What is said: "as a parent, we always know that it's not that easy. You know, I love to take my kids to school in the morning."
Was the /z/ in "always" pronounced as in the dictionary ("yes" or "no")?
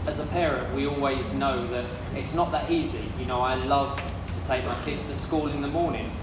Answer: yes